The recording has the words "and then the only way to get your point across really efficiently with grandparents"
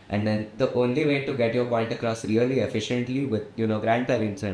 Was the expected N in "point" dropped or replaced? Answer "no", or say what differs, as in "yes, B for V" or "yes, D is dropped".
yes, L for N